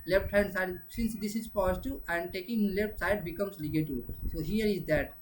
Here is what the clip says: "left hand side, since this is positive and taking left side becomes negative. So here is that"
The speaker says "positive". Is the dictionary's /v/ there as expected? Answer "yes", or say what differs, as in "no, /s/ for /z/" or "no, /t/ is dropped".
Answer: no, /v/ is dropped